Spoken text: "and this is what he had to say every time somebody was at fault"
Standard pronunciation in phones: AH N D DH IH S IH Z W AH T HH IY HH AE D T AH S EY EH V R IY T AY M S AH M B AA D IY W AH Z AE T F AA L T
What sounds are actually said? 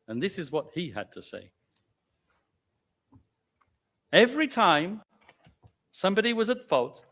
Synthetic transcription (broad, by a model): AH N DH IH S IH Z W AH T HH IY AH D T AH S EY EH V R IY T AY M S AH M B AA D IY W AH Z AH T F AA L T